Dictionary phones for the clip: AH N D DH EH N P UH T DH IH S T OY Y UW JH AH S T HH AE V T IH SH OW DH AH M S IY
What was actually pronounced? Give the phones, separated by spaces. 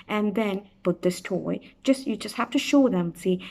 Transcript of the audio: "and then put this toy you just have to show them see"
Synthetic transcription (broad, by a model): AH N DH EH N P UH T DH IH S T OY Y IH JH AH S T HH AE F T IH SH OW DH AH M S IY